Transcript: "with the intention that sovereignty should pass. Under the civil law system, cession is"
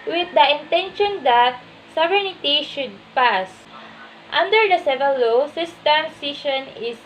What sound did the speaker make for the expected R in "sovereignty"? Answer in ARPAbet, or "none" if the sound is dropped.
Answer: none